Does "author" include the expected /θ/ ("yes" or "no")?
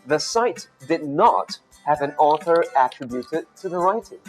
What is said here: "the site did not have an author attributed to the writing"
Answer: yes